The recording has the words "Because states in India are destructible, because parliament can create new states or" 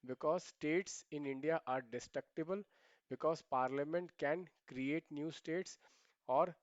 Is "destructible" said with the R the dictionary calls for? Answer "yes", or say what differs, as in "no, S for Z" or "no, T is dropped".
yes